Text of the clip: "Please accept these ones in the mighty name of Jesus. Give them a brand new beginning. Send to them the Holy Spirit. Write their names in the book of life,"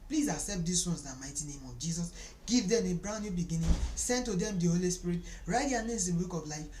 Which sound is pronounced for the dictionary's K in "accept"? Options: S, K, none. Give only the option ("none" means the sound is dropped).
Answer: none